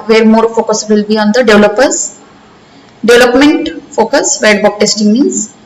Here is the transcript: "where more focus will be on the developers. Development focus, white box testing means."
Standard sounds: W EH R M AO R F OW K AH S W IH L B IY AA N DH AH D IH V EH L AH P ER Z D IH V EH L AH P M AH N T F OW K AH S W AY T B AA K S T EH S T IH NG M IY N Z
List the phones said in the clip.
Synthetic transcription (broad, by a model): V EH R M AO R F OW K AH S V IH L B IY AA N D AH D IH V L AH P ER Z D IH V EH L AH P M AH N T F OW K AH S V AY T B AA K T EH S T IH NG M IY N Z